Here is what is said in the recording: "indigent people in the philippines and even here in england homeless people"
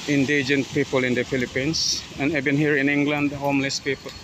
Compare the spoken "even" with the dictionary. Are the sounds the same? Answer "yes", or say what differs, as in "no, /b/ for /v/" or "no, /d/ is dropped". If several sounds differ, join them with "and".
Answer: no, /b/ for /v/